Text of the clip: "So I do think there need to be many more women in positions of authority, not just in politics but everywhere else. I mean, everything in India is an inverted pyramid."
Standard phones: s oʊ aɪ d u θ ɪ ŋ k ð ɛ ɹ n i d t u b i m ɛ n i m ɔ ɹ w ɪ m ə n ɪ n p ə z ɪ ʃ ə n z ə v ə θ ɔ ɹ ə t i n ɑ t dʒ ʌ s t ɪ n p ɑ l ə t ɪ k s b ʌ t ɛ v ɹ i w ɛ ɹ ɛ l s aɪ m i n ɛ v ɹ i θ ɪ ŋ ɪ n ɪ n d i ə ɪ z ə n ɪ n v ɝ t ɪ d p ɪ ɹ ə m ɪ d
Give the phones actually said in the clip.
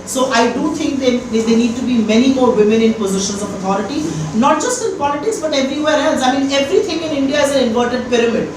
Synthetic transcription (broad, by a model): s oʊ aɪ d u t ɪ ŋ k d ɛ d n i d t u b i m ɛ n i m ɔ ɹ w ɪ m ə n ɪ n p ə z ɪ ʃ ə n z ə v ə t ɔ ɹ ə t i n ɑ t dʒ ʌ s t ɪ n p ɑ l ə t ɪ k s b ʌ t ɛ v ɹ i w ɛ ɹ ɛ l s aɪ m i n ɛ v ɹ i t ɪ ŋ ɪ n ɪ n d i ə ɪ z ə n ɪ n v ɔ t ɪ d p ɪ ɹ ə m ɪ d